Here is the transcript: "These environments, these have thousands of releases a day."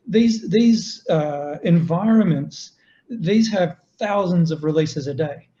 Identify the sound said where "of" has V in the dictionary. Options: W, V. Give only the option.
V